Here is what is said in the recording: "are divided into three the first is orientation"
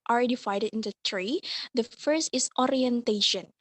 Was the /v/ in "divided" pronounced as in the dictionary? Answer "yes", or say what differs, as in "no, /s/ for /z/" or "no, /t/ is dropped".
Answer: no, /f/ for /v/